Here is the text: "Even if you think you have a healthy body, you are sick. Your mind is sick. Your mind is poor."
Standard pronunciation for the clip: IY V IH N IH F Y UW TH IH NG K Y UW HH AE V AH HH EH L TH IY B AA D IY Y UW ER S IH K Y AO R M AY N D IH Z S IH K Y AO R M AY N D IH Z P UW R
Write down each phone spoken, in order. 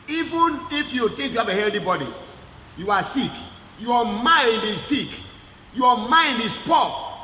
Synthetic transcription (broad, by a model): IY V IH N IH F Y UW T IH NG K Y UW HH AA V AH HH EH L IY B AA D IY Y UW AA S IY K Y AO M AY N D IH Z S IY K Y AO M AY N D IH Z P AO